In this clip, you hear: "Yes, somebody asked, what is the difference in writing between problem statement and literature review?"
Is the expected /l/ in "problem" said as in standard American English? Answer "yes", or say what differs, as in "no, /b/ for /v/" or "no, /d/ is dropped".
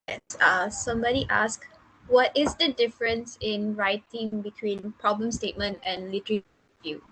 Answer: yes